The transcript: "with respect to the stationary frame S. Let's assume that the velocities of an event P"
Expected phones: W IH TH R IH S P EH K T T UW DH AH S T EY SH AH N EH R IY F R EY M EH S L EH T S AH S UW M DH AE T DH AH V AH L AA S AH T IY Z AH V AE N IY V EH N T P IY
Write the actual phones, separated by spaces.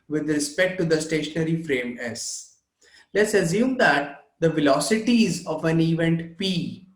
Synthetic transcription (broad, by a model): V IH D R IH S P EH K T T UW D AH S T EY SH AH N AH R IY F R EY M EH S L EH T S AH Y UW M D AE T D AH V AH L AA S AH T IY Z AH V AE N IY V EH N T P IY